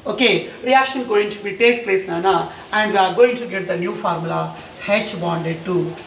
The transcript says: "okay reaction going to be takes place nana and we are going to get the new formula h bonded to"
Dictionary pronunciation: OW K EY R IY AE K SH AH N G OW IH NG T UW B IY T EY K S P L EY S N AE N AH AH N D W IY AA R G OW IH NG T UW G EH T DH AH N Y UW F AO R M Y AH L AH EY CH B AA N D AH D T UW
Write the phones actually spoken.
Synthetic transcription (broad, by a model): OW K EY R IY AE K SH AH N G OW IH NG T UW B IY T EY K P L EY S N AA N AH AH N D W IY AA R G OW IH NG T UW G EH T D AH N Y UW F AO R M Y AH L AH EY CH B AA N D AH D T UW